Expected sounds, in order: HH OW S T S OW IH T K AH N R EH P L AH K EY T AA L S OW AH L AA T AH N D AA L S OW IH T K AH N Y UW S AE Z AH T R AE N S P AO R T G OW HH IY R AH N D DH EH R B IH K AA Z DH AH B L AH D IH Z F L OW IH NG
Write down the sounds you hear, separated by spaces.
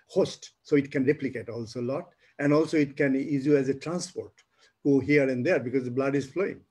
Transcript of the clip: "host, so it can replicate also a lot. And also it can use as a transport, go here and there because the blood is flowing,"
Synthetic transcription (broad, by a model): HH OW S T S OW IH T K AH N R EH P L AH K EY T AA L S OW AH L AA T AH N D AA L S OW IH T K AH N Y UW AE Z AH T R AE N S P AO R T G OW HH IY R AH N D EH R B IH K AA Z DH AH B L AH D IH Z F L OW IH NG